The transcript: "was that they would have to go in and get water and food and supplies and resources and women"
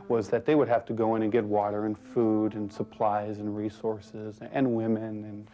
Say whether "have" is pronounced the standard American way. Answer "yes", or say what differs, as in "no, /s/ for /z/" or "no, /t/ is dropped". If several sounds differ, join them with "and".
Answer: no, /f/ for /v/